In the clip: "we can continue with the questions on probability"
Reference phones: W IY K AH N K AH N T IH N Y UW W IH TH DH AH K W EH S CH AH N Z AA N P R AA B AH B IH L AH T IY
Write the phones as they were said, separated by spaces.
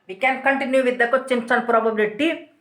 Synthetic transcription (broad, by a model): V IY K AH N K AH N T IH N Y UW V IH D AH K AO CH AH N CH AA N P R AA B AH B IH L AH T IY